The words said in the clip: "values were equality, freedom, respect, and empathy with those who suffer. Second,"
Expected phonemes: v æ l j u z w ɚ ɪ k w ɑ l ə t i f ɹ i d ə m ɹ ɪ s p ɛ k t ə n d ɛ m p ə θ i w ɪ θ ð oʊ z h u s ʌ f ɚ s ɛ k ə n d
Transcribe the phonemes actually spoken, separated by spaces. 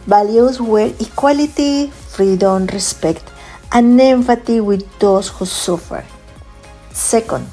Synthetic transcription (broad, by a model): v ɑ l j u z w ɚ ɪ k w ɑ l ə t i f ɹ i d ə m ɹ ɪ s p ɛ k t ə n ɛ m f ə t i w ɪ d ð oʊ s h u s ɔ f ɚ s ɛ k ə n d